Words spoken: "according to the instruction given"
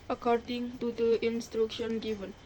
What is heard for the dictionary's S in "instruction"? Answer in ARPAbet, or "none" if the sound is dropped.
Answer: S